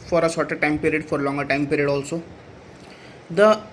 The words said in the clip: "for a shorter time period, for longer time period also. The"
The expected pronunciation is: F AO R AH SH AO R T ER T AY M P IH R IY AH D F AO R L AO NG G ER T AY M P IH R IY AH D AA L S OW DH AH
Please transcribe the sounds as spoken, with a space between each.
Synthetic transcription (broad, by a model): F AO R AH S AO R T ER T AY M P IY R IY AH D F AO R L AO NG G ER T AY M P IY R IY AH D AA L S OW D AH